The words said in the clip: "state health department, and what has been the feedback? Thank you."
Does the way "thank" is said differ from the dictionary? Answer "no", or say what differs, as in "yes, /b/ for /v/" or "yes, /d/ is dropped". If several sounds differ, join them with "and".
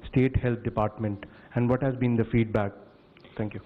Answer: yes, /t/ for /θ/